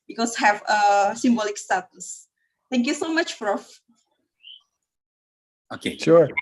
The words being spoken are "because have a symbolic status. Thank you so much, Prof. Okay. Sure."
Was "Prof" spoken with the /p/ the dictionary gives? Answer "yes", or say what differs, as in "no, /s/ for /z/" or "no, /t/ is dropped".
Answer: no, /f/ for /p/